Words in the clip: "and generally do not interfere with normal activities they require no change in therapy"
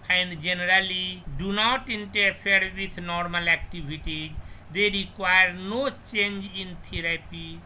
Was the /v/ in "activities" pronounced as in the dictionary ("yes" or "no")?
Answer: no